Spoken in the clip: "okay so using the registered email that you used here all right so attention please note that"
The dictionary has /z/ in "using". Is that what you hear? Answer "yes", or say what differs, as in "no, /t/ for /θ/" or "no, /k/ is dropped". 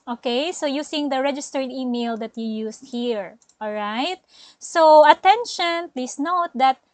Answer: no, /s/ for /z/